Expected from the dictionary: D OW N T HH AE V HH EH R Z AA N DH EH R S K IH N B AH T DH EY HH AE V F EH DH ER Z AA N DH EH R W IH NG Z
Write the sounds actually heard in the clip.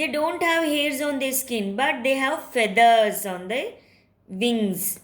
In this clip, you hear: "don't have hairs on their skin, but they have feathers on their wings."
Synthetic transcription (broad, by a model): D OW N T HH AE V HH EH R Z AA N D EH S K IH N B AH T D EY HH AE V F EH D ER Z AA N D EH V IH NG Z